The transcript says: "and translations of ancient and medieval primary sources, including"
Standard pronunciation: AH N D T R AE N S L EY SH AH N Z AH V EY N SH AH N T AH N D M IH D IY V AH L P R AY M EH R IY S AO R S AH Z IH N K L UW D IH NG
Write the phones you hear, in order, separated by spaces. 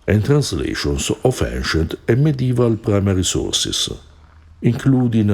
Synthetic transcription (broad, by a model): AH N T R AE N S L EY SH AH N S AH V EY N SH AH N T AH M IH D IY V AH L P R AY M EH R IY S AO R S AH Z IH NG K L UW D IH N